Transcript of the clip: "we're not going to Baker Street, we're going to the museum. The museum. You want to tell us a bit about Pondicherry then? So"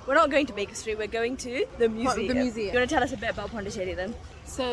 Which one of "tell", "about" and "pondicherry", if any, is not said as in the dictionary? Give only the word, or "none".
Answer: pondicherry